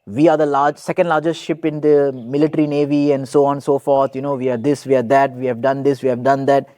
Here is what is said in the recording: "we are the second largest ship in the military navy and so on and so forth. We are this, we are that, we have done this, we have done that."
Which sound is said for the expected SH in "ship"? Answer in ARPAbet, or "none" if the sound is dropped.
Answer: SH